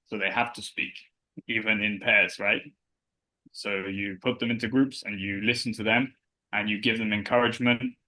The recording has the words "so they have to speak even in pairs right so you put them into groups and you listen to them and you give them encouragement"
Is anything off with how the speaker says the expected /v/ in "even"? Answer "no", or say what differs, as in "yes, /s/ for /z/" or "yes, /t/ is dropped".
no